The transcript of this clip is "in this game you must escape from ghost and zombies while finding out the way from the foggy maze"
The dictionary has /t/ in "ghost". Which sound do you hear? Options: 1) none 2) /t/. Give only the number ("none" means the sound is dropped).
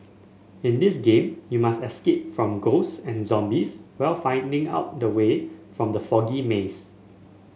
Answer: 1